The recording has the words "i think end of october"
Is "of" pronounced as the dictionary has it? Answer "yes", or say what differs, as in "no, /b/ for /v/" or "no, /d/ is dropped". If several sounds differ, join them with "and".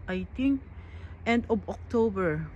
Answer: no, /b/ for /v/